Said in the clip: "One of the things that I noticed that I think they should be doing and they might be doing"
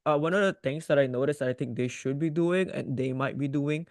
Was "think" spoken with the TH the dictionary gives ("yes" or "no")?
no